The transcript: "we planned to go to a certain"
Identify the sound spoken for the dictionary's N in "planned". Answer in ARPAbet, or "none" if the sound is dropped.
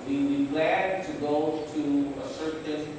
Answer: none